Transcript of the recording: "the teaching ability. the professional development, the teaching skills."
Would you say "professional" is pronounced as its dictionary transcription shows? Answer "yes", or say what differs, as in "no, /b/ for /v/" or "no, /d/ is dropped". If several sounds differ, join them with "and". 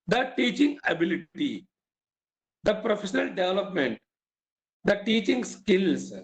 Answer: yes